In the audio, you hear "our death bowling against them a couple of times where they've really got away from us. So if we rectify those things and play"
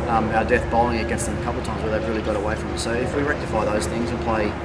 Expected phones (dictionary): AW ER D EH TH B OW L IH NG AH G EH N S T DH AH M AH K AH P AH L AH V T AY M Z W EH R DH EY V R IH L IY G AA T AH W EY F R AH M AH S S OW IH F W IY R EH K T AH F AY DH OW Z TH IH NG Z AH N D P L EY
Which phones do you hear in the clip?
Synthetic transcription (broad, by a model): AW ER D EH TH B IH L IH NG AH G EH N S T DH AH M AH K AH P L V T AY M Z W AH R DH EY V R IH L IY G AA T AH W EY F R AH M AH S S OW IH F W IY R EH K T AH F AY DH OW Z TH IH NG Z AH N P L EY